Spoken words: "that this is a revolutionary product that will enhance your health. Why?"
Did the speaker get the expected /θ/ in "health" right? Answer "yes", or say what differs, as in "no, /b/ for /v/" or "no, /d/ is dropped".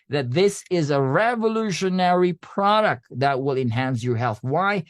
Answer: yes